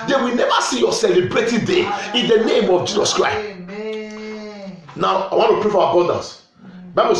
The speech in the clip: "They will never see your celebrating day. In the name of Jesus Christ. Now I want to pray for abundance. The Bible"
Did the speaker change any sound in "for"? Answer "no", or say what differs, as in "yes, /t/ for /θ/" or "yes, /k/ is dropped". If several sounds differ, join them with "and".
yes, /w/ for /ɹ/